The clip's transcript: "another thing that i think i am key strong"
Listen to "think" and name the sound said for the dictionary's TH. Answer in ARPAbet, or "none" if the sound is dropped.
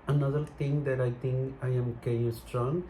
T